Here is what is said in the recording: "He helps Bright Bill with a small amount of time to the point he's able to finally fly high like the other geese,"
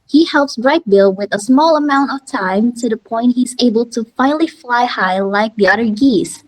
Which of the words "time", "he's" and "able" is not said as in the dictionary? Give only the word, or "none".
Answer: none